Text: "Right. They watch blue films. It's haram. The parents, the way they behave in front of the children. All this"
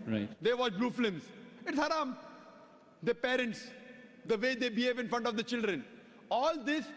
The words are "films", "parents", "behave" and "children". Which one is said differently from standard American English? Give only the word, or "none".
films